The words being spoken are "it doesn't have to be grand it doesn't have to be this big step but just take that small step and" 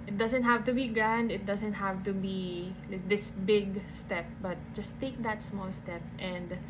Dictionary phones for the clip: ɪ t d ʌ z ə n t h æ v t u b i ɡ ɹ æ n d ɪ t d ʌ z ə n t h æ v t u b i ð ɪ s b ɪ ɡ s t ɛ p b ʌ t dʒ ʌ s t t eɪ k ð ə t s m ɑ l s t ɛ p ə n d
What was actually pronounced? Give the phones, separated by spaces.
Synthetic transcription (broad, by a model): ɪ t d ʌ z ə n t h æ v t u b i ɡ ɹ æ n d ɪ t d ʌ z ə n t h æ v t u b i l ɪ s b ɪ ɡ s t ɛ p b ʌ t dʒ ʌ s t t eɪ k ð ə t s m ɑ l s t ɛ p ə n d